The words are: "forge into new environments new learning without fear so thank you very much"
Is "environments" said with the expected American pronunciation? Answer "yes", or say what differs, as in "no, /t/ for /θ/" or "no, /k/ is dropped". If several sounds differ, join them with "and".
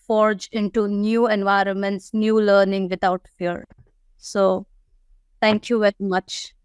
yes